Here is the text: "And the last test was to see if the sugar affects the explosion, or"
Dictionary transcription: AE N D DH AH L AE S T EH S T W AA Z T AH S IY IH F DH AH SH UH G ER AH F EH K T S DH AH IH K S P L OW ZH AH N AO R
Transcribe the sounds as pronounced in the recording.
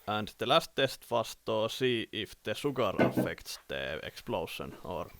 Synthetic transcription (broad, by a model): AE N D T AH L AE S T EH S T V AA S T AH S IY IH F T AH S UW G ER AH F EH K T S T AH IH K S P L OW S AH N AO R